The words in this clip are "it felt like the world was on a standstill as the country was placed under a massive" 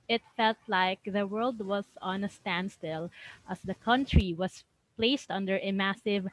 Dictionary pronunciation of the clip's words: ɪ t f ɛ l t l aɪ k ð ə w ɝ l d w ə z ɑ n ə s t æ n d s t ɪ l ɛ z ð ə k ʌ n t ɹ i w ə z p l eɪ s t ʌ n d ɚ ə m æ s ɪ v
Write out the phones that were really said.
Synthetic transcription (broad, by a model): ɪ t f ɛ l t l aɪ k ð ə w ɝ l d w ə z ɑ n ə s t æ n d s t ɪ l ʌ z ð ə k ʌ n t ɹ i w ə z p l eɪ s t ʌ n d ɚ ə m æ s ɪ v